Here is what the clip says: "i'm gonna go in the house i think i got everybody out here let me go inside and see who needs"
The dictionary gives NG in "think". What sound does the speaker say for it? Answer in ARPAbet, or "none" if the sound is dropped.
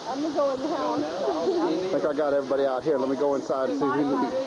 none